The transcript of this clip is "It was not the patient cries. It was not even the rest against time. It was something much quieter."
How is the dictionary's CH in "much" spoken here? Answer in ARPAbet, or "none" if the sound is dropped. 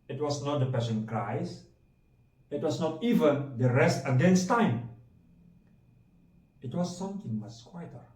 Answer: S